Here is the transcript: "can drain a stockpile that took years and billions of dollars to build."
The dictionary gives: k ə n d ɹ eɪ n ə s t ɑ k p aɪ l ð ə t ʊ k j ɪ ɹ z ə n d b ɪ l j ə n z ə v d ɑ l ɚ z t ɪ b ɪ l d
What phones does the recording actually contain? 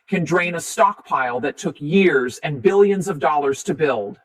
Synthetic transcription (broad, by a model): k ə n d ɹ eɪ n ə s t ɑ k p aɪ l ð ə t ʊ k j ɪ ɹ z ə n b ɪ l j ə n z ə v d ɑ l ɚ z t ɪ b ɪ l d